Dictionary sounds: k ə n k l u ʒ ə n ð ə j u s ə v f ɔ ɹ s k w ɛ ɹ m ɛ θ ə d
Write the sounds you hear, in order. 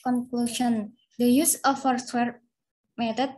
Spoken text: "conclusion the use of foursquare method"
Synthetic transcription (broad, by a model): k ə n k l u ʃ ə n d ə j u s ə f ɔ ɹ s w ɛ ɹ m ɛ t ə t